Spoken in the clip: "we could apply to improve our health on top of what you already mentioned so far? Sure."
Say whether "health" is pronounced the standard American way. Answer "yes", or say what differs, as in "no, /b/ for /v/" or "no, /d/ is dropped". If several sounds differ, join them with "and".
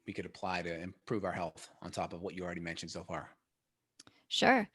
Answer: yes